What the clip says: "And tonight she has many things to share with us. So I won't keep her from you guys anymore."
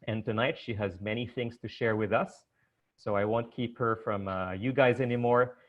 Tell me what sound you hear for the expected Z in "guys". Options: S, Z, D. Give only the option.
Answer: Z